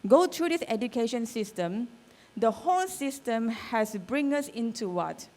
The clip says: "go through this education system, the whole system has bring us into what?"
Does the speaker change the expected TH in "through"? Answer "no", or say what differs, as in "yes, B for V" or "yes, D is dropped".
yes, T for TH